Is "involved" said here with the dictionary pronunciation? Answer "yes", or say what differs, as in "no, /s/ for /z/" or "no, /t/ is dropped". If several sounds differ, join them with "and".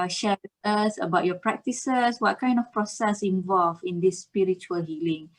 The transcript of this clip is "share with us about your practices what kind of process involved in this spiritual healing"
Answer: no, /d/ is dropped